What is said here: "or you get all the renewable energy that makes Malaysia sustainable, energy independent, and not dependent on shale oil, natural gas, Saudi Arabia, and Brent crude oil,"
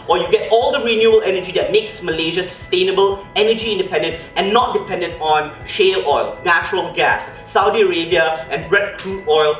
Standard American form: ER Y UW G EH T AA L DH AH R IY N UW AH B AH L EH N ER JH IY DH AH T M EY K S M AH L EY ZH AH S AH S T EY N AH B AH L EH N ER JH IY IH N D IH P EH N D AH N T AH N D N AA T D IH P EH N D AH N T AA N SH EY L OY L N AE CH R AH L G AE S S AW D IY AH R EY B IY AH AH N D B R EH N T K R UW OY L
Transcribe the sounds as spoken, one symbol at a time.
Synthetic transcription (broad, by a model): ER Y UW G EH T AA L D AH R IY N UW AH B AH L EH N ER JH IY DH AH T M EY K S M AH L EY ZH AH S AH S T EY N AH B AH L EH N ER JH IY IH N D IH P EH N D AH N T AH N N AA T D IH P EH N D AH N T AA N SH EY L OY L N AE CH R AH L G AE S S AW D IY AH R EY B IY AH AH N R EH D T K L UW OY L